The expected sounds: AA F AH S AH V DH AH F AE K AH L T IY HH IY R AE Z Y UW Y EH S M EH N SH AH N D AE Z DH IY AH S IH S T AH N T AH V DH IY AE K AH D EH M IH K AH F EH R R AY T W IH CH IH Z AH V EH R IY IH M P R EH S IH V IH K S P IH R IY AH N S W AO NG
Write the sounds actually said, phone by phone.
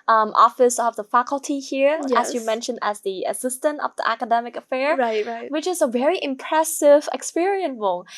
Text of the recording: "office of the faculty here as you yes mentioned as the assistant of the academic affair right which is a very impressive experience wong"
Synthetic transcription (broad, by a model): AA F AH S AH V DH AH F AE K AH L T IY HH IY R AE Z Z Y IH M EH N SH AH N D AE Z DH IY AH S IH S T AH N T AH V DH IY AE K AH D EH M IH K AH F EH R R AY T W IH CH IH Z AH V EH R IY IH M P R EH S IH V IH K S P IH R IY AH N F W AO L